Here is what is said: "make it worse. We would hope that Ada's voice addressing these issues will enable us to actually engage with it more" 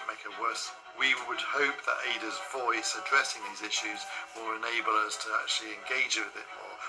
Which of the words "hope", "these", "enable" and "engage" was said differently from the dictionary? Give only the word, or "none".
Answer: none